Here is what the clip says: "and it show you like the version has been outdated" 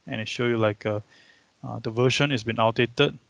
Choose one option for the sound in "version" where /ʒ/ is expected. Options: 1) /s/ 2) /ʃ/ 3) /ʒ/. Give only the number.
2